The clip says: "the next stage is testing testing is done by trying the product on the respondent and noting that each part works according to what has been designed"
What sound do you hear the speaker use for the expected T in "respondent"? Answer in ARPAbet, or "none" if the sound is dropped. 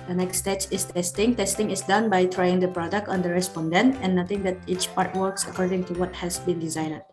none